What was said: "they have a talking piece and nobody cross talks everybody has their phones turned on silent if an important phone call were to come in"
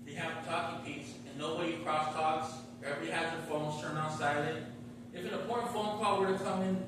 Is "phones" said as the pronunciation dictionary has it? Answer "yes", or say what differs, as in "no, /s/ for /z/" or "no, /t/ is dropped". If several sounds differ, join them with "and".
yes